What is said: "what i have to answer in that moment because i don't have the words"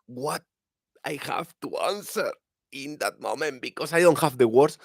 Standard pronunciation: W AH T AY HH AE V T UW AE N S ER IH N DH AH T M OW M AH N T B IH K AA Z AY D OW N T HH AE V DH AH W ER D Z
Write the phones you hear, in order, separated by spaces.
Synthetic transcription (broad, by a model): W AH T AY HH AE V T UW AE N S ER IH N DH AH T M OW M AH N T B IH K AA S AY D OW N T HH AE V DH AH W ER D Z